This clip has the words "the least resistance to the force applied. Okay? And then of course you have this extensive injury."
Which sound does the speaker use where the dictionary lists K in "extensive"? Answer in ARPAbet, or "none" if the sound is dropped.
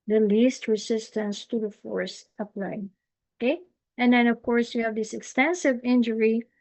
K